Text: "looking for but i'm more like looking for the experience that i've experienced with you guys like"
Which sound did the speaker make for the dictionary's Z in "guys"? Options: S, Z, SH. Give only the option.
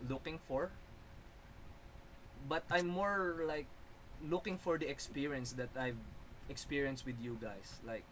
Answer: S